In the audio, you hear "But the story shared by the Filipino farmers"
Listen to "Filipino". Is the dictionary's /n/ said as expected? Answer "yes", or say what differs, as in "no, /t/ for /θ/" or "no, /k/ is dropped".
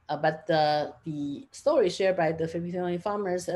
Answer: no, /n/ is dropped